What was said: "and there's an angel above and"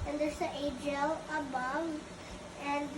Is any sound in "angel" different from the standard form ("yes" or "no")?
yes